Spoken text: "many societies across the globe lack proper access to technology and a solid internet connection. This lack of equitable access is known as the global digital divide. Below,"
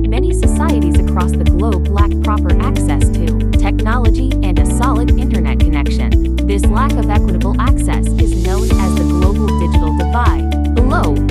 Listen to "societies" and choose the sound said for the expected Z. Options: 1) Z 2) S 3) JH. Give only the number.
1